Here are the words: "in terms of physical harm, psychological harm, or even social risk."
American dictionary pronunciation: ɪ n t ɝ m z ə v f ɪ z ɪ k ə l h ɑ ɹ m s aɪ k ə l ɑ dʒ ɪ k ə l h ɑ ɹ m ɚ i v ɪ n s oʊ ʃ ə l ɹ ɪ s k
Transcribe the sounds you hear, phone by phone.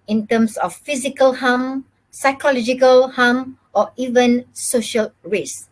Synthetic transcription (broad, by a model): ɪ n t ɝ m s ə f f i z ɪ k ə l h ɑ m s aɪ k ə l ɑ dʒ ɪ k ə l h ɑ m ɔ i v ɪ n s oʊ ʃ ə l ɹ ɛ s